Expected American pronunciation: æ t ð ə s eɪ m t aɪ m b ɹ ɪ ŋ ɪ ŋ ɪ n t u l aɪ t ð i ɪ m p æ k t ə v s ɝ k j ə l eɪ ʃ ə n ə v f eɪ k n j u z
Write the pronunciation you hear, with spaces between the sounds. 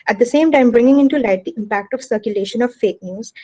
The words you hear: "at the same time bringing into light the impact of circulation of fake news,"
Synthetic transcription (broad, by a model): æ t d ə s eɪ m t aɪ m b ɹ ɪ ŋ ɪ ŋ ɪ n t u l aɪ t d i ɪ m p æ k t ə v s ɝ k j ə l eɪ ʃ ə n ə v f eɪ k n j u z